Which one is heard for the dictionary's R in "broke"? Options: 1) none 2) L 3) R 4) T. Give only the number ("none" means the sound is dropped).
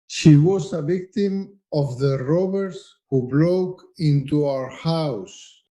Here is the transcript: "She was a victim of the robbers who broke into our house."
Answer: 2